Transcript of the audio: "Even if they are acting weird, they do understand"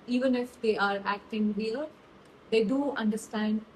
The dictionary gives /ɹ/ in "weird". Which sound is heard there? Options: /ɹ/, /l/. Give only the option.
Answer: /l/